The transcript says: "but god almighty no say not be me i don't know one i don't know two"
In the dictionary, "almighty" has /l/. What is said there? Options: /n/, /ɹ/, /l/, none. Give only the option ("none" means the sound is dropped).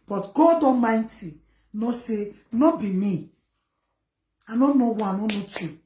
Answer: none